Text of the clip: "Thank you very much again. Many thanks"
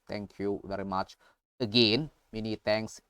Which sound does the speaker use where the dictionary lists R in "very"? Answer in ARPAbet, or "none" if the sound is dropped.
R